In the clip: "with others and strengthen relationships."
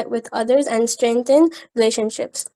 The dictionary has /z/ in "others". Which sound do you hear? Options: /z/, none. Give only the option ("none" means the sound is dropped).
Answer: /z/